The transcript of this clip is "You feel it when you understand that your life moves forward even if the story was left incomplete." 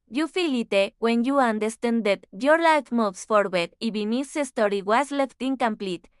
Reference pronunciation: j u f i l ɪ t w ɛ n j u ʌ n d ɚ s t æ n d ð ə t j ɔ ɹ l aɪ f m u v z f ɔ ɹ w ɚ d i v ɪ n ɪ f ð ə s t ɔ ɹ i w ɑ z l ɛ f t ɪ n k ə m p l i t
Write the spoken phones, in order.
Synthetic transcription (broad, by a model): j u f i l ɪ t w ɛ n j u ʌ n d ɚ s t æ n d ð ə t j ɔ ɹ l aɪ f m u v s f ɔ ɹ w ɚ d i b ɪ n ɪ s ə s t ɔ ɹ i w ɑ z l ɛ f t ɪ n k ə m p l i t